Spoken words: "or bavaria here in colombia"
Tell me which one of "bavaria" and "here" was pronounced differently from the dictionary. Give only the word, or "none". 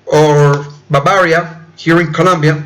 bavaria